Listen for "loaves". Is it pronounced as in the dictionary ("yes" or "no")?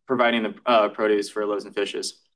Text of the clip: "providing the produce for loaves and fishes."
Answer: no